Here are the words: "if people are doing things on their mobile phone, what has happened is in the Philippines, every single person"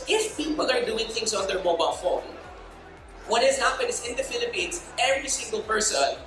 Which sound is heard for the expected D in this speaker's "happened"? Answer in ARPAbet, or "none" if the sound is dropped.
none